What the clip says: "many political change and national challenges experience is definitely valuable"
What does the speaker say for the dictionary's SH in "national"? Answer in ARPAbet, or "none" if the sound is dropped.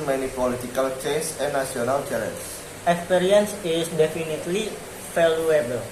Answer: none